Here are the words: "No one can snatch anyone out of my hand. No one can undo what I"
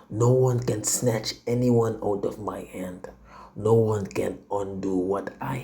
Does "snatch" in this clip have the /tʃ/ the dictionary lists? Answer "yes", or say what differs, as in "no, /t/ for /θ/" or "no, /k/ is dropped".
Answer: yes